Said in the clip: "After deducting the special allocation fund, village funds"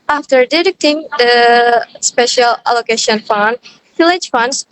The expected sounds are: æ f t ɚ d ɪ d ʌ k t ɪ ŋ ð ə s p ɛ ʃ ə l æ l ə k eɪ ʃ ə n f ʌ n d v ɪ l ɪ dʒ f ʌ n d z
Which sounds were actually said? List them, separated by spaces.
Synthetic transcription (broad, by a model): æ f t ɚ d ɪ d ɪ k t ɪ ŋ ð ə s p ɛ ʃ ə l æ l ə k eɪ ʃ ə n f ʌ n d f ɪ l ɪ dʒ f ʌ n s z